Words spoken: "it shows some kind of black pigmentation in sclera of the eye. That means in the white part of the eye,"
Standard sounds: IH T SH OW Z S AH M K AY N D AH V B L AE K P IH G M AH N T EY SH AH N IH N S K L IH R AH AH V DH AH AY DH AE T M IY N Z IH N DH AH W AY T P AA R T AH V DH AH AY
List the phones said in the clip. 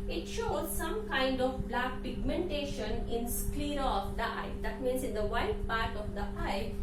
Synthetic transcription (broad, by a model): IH T SH OW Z S AH M K AY N D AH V B L AE K P IH G M AH N T EY SH AH N IH N S K L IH R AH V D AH AY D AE T M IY N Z IH N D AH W AY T P AA R T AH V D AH AY